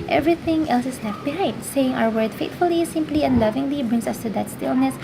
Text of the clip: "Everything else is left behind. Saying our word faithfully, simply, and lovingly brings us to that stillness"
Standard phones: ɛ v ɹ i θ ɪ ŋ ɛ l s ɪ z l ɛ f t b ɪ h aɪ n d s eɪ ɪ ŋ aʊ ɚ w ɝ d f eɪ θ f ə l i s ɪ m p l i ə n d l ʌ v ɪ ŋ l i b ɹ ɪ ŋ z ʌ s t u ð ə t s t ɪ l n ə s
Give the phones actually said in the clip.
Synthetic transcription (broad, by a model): ɛ v ɹ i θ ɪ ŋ ɛ l s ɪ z l ɛ f t b ɪ h aɪ n d s eɪ ɪ ŋ aʊ ɚ w ɝ d f eɪ t f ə l i s ɪ m p l i ə n d l ʌ v ɪ ŋ l i b ɹ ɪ ŋ s ʌ s t u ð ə t s t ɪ l n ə s